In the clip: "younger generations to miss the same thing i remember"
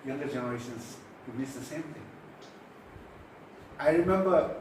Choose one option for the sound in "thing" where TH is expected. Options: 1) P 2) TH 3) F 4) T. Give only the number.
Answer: 4